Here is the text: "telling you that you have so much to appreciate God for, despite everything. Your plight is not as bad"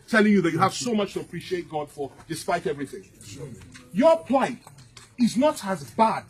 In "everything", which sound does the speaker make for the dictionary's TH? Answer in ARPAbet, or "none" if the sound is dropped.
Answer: TH